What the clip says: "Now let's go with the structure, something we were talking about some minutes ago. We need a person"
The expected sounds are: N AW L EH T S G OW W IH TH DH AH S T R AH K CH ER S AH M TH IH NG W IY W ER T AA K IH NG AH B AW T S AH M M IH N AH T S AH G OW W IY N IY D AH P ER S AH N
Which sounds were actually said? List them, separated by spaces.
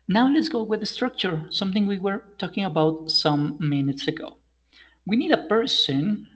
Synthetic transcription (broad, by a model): N AW L EH T S G OW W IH DH AH S T R AH K CH ER S AH M TH IH NG W IY W ER T AA K IH NG AH B AW T S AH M M IH N AH T S AH G OW W IY N IY D AH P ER S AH N